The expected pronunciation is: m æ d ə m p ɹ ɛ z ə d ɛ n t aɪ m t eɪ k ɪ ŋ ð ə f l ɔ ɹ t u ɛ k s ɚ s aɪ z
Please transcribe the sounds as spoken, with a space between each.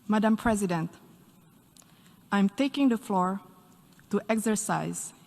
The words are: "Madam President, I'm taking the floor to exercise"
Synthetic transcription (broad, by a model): m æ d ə m p ɹ ɛ z ə d ɛ n t aɪ m t eɪ k ɪ ŋ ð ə f l ɔ ɹ t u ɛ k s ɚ s aɪ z